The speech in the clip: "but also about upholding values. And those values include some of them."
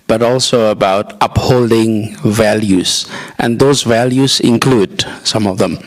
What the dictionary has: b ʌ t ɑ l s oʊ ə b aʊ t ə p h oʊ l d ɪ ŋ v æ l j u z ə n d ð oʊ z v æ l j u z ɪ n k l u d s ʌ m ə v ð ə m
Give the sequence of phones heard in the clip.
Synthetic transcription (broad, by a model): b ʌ t ɑ l s oʊ ə b aʊ t ə p h oʊ l d ɪ ŋ v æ l j u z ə n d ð oʊ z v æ l j u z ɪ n k l u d s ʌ m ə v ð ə m